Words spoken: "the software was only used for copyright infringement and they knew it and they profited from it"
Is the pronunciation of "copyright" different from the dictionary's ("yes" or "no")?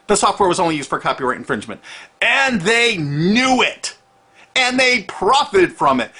yes